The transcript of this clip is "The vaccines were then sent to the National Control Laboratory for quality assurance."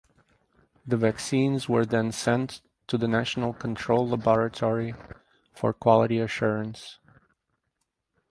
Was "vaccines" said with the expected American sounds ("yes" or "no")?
yes